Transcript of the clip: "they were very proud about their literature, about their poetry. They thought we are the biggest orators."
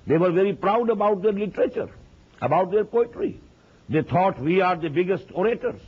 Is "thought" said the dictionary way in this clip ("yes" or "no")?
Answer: no